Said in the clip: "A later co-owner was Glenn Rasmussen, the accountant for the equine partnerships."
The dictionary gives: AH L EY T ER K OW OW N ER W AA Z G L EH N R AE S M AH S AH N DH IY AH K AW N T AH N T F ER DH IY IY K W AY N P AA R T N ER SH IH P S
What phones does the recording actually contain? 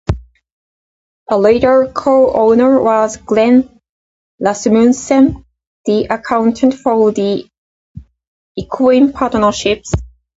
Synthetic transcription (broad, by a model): AH L EY T ER K OW OW N ER W AA Z G L EH N L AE S M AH S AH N DH IY AH K AW N T AH N T F ER DH IY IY K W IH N P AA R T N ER SH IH P S